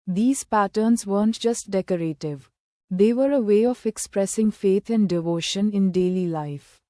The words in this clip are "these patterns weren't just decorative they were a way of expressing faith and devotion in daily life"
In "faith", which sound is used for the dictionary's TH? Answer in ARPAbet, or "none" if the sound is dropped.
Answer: T